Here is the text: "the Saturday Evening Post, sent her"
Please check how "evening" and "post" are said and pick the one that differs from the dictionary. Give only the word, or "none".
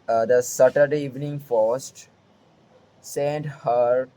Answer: post